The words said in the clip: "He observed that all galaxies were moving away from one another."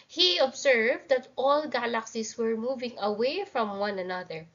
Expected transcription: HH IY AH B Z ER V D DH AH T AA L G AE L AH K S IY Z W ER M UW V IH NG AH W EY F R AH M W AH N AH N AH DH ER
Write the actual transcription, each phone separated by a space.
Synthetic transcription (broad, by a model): HH IY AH B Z ER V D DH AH T AA L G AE L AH K S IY S W ER M UW V IH NG AH W EY F R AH M W AH N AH N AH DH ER